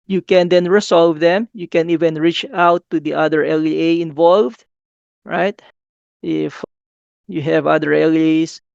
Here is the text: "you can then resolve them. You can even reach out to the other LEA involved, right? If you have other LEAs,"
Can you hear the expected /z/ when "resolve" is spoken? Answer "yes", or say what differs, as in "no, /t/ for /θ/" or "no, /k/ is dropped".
no, /s/ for /z/